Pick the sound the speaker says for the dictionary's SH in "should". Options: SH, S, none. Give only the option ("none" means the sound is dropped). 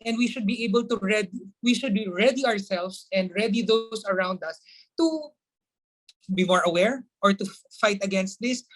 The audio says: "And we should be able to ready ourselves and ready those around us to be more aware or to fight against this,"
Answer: SH